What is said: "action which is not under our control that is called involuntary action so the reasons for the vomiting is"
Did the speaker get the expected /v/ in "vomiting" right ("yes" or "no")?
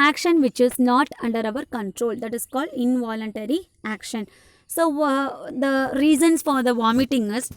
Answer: yes